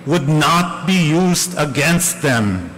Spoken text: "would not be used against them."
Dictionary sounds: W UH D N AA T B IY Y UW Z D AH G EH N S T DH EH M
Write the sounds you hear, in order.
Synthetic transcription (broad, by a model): W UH D N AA T B IY Y UW Z D AH G EH N S T DH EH M